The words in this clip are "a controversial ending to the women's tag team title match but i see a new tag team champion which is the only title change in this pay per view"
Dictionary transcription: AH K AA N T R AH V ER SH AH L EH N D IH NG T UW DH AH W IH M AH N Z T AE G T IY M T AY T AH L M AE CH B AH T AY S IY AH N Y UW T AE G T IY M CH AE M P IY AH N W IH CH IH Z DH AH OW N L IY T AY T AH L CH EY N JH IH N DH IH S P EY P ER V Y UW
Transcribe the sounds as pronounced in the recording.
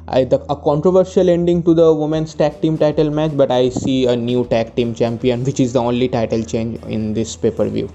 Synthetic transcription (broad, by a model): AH K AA N T R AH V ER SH AH L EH N D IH NG T UW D AH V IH M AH N S T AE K T IY M T AY T AH L M AE CH B AH T AY S IY AH N Y UW T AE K T IY M CH AE M P IY AH N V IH CH IH Z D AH OW N L IY T AY T AH L CH EY N JH IH N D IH S P EY P ER V Y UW